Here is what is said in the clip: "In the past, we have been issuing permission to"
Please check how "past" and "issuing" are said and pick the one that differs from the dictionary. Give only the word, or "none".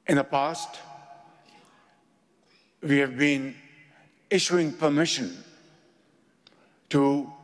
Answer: none